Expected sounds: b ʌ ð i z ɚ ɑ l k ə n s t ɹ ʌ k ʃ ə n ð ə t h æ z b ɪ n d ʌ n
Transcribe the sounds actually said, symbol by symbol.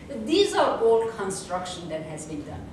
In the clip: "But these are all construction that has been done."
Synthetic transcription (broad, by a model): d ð i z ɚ ɑ l k ə n s t ɹ ʌ k ʃ ə n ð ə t h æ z b ɪ n d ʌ n